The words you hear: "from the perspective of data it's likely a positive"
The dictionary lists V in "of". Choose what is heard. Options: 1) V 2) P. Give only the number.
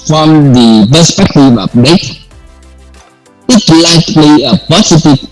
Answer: 2